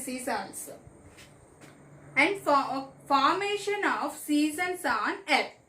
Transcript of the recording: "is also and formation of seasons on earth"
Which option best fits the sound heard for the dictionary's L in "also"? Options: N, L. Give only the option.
N